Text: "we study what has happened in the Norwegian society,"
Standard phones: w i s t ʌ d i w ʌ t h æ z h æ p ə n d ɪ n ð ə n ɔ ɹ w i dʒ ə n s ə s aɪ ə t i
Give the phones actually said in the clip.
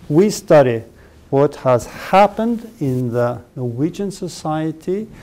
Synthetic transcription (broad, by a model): w i s t ʌ d i w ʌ t h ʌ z h æ p ə n d ɪ n ð ə n ɔ ɹ w i dʒ ə n s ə s aɪ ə t i